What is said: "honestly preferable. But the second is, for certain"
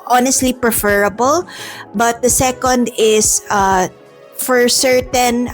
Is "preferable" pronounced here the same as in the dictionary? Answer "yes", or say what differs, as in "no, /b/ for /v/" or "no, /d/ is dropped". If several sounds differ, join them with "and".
yes